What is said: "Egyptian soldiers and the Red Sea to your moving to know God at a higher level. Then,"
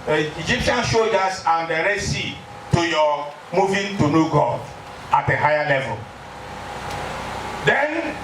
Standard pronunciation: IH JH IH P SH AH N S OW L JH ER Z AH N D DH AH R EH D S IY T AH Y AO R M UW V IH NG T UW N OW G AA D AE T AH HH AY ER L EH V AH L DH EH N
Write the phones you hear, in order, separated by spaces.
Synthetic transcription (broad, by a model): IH JH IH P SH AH N SH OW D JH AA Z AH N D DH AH R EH S IY T AH Y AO M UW V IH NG T UW N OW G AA AA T AH HH AY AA L EH V AH L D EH N